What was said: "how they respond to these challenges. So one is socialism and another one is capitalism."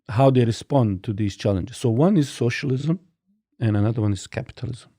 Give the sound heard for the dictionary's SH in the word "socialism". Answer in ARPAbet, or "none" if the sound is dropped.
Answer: SH